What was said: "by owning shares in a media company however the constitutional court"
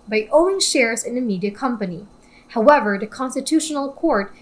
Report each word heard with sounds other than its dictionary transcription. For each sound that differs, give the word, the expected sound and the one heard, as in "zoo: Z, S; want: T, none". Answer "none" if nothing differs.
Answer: owning: N, none